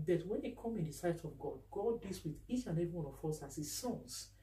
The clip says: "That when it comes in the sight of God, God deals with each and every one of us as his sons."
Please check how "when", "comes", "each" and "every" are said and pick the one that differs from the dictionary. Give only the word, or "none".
comes